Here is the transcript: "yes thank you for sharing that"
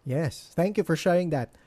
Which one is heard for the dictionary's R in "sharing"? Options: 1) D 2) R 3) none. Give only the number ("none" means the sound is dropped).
3